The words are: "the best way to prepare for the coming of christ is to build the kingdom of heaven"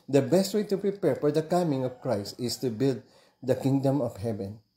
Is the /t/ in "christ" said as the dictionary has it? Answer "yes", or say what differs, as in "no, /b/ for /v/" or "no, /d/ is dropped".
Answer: yes